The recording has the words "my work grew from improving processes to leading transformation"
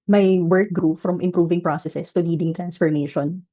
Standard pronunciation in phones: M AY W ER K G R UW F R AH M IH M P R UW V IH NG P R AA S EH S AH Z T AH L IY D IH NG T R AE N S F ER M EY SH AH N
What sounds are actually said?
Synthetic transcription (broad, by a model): M AY W ER K G R UW F R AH M IH M P R UW V IH NG P R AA S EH S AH S T AH L IY D IH NG T R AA N S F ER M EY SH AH N